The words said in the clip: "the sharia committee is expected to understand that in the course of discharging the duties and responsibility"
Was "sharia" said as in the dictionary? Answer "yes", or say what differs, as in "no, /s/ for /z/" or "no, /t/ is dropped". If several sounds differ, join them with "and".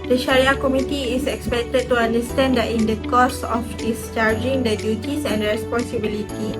yes